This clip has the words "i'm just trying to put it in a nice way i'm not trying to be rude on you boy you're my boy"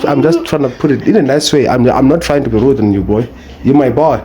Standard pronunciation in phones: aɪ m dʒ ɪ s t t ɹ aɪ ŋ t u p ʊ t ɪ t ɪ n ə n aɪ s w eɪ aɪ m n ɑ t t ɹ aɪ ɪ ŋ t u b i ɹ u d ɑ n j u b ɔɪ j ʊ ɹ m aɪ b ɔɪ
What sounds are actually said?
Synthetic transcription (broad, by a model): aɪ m dʒ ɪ s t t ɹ aɪ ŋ t u p ʊ t ɪ t ɪ n ə n aɪ s w eɪ aɪ m n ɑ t t ɹ aɪ ɪ ŋ t u b i ɹ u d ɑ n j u b ɔɪ j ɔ m aɪ b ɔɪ